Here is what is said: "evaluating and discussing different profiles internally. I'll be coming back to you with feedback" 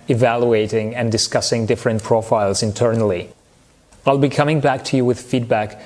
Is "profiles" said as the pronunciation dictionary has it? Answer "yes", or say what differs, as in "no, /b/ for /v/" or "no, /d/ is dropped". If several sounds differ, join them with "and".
yes